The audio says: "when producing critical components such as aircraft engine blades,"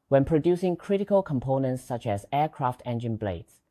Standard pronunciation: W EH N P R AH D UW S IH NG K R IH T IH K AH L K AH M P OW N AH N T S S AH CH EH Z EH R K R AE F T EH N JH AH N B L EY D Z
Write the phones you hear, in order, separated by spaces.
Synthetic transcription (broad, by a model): W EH N P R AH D UW S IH NG K R IH T IH K AH L K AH M P OW N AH N T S S AH CH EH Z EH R K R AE F T EH N JH AH N B L EY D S